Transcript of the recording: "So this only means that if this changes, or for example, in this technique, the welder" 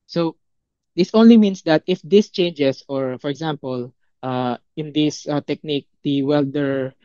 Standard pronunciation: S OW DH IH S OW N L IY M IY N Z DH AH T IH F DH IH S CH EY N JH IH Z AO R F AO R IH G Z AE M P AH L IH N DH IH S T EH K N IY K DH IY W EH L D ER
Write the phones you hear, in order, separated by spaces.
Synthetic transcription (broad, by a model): S OW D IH S OW N L IY M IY N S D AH T IH F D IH S CH EY N JH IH S AO R F AO R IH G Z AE M P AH L IH N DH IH S T EH K N IY K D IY W EH L D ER